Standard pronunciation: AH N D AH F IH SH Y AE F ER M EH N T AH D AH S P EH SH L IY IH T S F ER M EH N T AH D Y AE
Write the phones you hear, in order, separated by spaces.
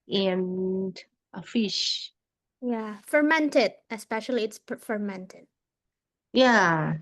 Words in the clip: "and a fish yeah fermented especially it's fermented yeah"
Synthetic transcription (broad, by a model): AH N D AH F IH SH Y AE F ER M EH N T AH D AH S P EH SH L IY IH T S F ER M EH N T AH D Y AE